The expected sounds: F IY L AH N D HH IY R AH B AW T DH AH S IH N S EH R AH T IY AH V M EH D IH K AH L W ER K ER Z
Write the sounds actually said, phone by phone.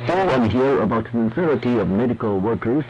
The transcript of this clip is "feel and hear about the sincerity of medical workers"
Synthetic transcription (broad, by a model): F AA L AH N HH IY R AH B AW T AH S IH N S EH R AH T IY AH V M EH D IH K AH L W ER K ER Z